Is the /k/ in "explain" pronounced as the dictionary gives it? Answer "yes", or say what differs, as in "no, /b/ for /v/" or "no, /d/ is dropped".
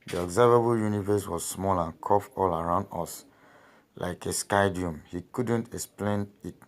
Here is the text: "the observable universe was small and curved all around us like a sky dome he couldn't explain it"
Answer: yes